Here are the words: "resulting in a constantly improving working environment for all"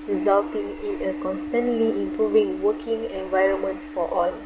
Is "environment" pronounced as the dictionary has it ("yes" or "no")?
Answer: yes